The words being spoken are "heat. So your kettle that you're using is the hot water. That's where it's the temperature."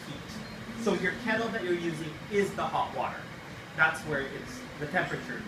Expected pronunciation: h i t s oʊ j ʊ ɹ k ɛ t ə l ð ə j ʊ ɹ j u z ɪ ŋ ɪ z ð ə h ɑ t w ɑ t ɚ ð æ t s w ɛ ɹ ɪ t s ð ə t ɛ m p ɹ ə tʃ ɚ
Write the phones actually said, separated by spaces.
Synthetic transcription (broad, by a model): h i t s oʊ j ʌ ɹ k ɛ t l ð ə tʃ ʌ ɹ j u z ɪ ŋ ɪ z ð ə h ɑ t w ɑ t ɚ ð æ t s w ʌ ɹ ɪ t s ð ə t ɛ m p ɹ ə tʃ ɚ